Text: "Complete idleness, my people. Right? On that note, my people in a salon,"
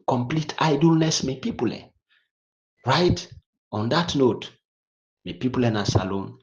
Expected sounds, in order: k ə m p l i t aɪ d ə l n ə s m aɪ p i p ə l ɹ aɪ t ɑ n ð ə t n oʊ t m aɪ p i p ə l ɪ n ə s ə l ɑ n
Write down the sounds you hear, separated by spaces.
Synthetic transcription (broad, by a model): k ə m p l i t aɪ d ə l n ə s m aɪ p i p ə l ɹ aɪ t ɑ n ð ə t n oʊ t m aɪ p i p ə l ɪ n ə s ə l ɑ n